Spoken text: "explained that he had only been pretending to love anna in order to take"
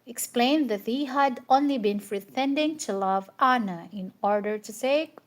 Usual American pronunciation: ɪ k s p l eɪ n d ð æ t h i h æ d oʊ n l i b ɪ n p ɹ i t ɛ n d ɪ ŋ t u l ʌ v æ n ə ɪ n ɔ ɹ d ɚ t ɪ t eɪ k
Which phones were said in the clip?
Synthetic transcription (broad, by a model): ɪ k s p l eɪ n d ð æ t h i h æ d oʊ n l i b ɪ n f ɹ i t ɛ n d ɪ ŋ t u l ʌ v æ n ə ɪ n ɔ ɹ d ɚ t ɪ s eɪ